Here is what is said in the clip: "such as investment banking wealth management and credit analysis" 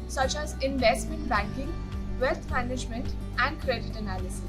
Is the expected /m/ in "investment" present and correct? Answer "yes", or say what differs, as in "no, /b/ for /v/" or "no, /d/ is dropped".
yes